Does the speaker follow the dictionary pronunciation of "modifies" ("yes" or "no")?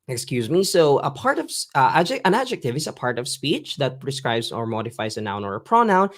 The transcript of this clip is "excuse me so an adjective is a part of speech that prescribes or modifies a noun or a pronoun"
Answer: yes